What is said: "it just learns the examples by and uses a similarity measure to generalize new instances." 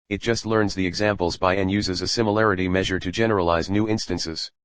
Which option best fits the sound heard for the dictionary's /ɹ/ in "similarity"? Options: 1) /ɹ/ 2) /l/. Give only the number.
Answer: 1